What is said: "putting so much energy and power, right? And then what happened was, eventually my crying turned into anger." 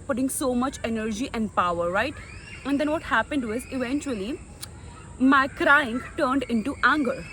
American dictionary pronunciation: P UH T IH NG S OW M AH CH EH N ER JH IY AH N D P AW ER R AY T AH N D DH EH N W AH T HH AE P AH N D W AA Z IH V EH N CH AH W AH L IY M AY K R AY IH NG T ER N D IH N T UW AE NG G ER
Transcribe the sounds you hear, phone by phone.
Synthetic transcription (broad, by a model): P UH T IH NG S OW M AH CH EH N ER JH IY AH N D P AW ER R AY T AH N D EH N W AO T HH AE P AH N D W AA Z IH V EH N CH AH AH L IY M AY K R AY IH NG T ER N D IH N T UW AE NG G ER